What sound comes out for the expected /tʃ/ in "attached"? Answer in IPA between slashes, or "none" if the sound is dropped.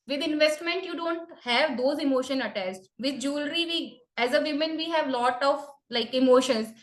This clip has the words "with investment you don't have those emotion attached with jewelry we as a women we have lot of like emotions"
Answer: /s/